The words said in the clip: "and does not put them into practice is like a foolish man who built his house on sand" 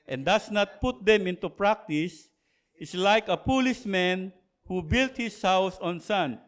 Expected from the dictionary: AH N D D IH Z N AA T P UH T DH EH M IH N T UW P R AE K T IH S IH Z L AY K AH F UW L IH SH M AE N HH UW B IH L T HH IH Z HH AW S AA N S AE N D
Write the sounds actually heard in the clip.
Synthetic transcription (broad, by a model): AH N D D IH S N AA T P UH T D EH M IH N T UW P R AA K T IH S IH S L AY K AH P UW L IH S M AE N HH UW B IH L T HH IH S HH AW S AA N S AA N